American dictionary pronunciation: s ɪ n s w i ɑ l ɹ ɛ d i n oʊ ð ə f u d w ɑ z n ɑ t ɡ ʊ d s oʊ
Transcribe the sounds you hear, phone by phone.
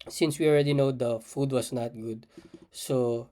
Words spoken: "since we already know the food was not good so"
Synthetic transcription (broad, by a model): s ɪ n s w i ɑ l ɹ ɛ d i n oʊ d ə f u d w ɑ s n ɑ t ɡ ʊ d s oʊ